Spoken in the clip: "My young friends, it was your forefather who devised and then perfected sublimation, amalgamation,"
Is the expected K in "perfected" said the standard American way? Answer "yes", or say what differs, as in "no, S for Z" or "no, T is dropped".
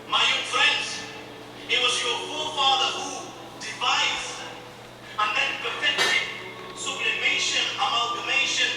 no, K is dropped